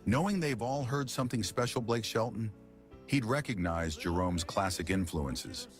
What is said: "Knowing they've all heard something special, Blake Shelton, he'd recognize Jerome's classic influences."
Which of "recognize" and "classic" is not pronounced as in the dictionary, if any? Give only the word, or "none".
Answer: none